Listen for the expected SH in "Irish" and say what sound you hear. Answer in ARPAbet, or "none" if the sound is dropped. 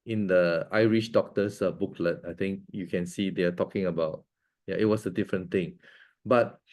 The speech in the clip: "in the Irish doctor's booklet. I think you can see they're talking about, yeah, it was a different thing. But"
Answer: SH